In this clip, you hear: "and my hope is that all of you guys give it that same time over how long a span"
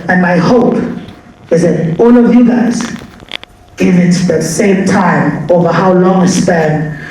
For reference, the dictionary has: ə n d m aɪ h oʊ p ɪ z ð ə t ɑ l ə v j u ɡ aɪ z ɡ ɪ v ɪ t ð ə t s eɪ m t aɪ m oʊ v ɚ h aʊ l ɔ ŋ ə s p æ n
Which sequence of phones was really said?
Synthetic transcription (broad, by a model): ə n m aɪ h oʊ p ɪ z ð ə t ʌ n ə v j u ɡ aɪ z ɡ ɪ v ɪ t ð ə t s eɪ m t aɪ m oʊ v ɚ h aʊ l ɔ ŋ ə s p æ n